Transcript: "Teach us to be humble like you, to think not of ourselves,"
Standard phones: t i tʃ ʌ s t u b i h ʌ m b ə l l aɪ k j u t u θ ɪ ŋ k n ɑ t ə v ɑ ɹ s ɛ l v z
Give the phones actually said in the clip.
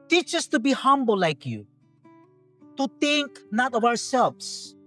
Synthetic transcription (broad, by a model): t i tʃ ʌ s t u b i h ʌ m b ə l l aɪ k j u t u t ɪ ŋ k n ɑ t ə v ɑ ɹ s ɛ l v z